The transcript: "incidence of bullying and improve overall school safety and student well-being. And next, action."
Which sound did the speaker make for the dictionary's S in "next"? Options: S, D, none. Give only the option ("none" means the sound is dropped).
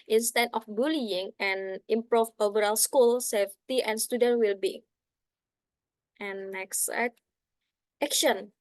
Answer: none